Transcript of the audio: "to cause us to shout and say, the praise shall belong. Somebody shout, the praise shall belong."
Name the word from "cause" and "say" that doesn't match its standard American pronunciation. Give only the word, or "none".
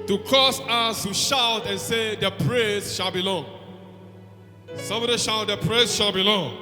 cause